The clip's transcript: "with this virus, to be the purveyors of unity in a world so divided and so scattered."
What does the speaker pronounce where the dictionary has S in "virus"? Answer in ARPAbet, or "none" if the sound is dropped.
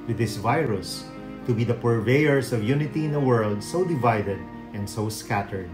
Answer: S